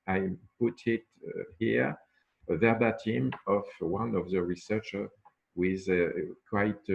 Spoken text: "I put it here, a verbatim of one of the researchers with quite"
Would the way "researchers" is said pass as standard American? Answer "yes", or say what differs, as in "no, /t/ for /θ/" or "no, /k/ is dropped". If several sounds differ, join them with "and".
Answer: no, /z/ is dropped